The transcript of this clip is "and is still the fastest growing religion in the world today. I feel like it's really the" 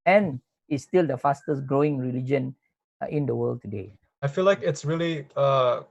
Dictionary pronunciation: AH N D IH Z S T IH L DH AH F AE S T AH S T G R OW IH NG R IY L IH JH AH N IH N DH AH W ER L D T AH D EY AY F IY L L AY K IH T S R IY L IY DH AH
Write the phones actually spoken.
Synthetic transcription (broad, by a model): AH N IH S T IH L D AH F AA S T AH S G R OW IH NG R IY L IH JH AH N IH N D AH W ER L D T AH D EY AY F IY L L AY K IH T S R IY L IY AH